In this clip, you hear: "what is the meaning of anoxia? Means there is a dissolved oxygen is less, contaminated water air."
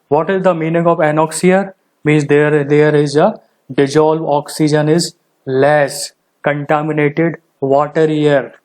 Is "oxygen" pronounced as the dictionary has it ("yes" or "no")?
yes